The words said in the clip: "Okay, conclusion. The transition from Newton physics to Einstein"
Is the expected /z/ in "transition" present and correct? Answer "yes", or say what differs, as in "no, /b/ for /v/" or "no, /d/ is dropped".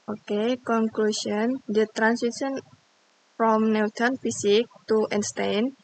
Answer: no, /s/ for /z/